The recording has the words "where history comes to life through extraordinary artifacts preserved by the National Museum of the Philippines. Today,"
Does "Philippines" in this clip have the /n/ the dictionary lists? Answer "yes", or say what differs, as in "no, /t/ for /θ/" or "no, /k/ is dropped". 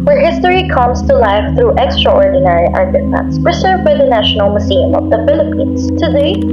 yes